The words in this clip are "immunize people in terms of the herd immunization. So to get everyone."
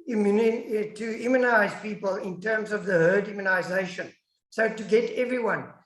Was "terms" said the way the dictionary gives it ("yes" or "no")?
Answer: yes